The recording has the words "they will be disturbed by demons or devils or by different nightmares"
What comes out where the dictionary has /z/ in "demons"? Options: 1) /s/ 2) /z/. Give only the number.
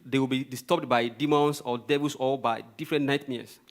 1